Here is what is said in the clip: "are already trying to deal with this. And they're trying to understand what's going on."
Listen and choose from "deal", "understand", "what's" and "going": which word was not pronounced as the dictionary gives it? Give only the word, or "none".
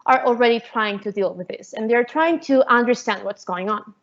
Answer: none